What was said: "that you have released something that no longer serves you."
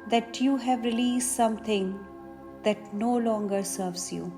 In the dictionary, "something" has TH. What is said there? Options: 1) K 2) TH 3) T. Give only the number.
3